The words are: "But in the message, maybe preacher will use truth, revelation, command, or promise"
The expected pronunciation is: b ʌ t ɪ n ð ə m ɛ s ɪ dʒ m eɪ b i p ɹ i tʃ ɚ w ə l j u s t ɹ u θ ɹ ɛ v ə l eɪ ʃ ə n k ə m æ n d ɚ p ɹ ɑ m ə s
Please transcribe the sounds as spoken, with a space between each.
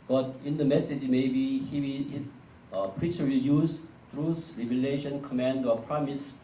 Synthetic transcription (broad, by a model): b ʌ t ɪ n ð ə m ɛ s ɪ dʒ m eɪ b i p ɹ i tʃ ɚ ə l j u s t ɹ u s ɹ ɛ v ə l eɪ ʃ ə n k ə m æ n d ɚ p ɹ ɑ m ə s